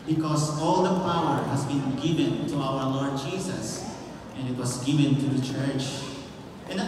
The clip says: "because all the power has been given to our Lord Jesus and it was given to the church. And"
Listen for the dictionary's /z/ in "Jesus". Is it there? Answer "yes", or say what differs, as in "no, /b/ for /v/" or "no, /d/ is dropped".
no, /s/ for /z/